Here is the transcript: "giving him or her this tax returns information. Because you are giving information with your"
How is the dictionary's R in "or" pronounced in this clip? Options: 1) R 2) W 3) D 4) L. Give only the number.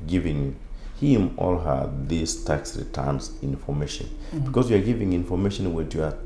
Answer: 4